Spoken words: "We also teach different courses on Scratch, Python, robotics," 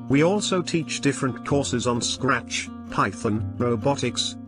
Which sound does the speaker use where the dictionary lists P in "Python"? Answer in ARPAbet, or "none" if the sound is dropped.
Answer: P